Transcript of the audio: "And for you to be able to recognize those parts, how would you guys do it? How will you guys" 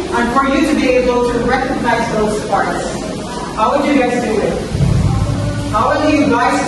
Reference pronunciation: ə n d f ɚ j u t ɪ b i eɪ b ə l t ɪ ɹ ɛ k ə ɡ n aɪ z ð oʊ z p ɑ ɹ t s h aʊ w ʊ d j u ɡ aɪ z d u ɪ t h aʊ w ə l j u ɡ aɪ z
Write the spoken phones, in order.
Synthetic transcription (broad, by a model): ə n f ɚ j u t ɪ b i eɪ b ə l t ɪ ɹ ɛ k ə ɡ n aɪ z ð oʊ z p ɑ ɹ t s h aʊ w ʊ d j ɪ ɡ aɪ s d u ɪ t h aʊ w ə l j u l aɪ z